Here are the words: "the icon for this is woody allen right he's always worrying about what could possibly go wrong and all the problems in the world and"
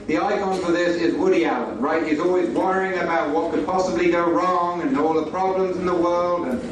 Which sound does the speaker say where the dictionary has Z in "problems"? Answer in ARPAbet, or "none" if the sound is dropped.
Z